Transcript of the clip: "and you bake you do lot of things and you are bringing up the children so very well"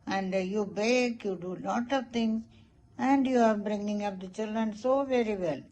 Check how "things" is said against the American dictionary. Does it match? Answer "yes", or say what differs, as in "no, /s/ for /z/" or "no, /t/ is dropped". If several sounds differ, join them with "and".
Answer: no, /t/ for /θ/